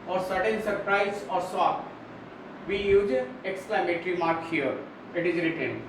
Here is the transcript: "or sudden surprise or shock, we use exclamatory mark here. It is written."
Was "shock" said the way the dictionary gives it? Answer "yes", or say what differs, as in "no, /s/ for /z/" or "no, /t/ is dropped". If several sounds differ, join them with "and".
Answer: no, /s/ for /ʃ/